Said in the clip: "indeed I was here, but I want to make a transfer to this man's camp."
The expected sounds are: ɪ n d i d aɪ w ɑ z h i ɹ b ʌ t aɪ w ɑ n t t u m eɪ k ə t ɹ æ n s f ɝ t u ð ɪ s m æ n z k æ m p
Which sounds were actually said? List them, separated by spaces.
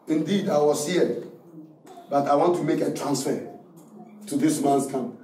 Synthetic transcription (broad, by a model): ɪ n d i d aɪ w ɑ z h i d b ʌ t aɪ w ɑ n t t u m eɪ k ə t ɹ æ n s f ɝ t u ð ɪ s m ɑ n s k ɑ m